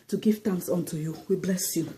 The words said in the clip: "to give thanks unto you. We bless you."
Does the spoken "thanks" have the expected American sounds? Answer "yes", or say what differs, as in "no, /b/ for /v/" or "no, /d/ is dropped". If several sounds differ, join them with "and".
no, /t/ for /θ/